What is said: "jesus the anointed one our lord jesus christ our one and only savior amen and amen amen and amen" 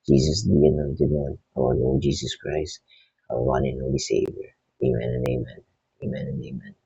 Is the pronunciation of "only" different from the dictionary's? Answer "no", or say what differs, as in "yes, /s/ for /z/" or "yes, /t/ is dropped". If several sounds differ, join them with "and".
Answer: yes, /n/ is dropped